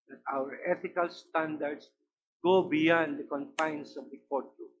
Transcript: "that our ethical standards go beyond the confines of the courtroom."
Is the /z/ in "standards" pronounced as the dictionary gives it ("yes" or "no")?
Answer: no